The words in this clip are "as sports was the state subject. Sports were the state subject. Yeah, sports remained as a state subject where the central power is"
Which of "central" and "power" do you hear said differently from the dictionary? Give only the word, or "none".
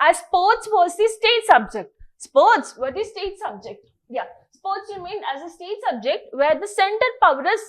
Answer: central